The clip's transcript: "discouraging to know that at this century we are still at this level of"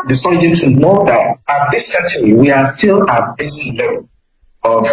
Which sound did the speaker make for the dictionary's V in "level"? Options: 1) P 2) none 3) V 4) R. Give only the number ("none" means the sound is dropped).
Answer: 2